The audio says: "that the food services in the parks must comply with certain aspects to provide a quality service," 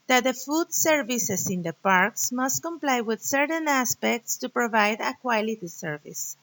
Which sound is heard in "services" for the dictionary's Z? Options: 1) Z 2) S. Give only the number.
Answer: 2